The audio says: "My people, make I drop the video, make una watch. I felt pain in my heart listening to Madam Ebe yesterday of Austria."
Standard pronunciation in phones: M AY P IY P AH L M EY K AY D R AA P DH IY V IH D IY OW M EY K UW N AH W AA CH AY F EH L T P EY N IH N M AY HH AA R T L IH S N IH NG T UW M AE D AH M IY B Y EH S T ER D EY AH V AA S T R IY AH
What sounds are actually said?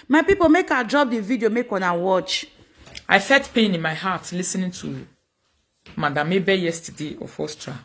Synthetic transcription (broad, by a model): M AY P IY P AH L M EY K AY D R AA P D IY V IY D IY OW M EY K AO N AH W AA CH AY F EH T P EY N IH N M AY HH AA T L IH S N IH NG T UW M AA D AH M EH B Y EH S T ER D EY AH F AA S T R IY